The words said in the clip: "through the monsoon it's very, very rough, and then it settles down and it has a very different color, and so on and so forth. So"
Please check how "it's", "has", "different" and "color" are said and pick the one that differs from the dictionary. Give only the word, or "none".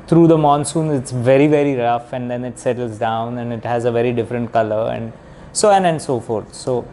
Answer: none